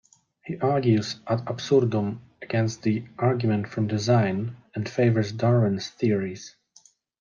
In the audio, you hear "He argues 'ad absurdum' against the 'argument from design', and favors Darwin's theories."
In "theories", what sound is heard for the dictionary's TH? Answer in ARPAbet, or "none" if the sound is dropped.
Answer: TH